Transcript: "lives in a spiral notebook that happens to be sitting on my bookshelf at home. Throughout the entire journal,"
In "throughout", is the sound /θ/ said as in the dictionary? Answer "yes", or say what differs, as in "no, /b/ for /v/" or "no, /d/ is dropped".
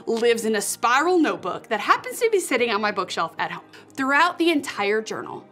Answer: yes